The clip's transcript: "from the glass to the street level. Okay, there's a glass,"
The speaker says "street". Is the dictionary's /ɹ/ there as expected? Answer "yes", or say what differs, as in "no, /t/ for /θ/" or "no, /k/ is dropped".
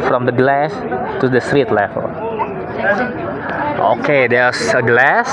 yes